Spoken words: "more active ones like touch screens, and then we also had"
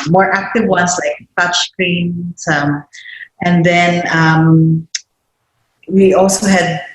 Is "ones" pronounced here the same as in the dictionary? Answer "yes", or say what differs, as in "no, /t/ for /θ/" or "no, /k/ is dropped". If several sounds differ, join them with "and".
no, /s/ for /z/